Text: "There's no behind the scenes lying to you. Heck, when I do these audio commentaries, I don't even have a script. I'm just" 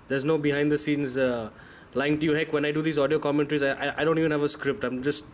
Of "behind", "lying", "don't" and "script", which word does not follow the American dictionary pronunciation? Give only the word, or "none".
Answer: none